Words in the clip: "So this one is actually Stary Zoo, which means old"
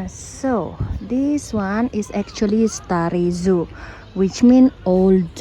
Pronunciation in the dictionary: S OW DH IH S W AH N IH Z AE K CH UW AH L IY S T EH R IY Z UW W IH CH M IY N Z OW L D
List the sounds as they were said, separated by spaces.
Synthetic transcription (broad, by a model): S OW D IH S W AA N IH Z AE K CH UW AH L IY S T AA R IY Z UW W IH CH M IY N OW L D